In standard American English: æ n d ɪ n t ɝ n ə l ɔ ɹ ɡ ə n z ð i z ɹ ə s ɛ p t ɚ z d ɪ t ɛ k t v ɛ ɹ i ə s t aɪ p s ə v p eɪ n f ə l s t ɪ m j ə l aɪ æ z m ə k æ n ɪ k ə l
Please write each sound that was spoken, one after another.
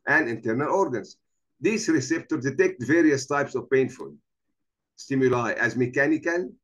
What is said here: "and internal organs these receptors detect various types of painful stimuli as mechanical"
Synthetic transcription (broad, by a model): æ n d ɪ n t ɝ n ə l ɔ ɹ ɡ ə n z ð i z ɹ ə s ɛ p t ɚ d d ɪ t ɛ k t v ɛ ɹ i ə s t aɪ p s ə v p eɪ n f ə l s t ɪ m j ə l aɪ æ z m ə k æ n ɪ k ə l